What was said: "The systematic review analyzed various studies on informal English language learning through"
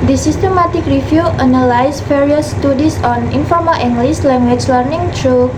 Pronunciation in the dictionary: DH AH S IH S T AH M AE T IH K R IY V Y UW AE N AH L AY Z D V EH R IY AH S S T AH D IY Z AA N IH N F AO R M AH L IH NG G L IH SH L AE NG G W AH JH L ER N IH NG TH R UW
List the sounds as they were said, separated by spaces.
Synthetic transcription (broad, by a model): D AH S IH S T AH M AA T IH K R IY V Y UW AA N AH L AY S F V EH R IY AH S S T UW D IY S AA N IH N F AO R M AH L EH NG G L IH S L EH NG G W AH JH L ER N IH NG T R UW